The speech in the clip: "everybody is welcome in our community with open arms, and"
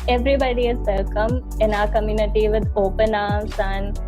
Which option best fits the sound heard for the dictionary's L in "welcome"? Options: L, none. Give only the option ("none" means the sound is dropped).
none